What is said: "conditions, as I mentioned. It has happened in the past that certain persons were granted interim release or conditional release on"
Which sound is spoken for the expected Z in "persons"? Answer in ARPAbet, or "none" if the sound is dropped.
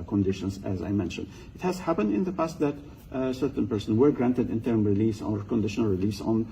none